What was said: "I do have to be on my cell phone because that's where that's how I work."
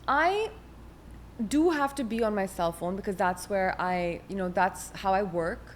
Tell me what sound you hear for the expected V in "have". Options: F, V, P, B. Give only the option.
F